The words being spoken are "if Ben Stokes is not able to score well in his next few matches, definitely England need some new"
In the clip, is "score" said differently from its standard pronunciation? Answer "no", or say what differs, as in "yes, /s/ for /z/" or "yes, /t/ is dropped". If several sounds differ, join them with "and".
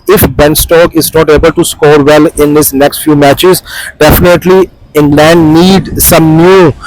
no